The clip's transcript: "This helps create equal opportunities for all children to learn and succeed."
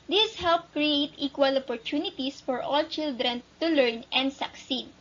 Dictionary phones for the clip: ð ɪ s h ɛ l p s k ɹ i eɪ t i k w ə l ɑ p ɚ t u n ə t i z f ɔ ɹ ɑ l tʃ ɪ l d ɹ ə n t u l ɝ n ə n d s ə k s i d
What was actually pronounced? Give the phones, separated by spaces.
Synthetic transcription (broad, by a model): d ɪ s h ɛ l p k ɹ i eɪ t i k w ə l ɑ p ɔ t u n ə t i s f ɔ ɹ ɑ l tʃ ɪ l d ɹ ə n t u l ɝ n ə n d s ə k s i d